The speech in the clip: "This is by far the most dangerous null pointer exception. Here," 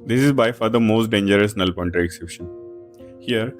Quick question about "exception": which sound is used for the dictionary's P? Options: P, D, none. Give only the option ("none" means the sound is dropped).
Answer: none